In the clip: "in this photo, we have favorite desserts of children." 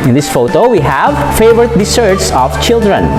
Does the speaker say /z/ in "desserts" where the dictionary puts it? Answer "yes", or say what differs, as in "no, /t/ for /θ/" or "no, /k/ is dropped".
no, /s/ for /z/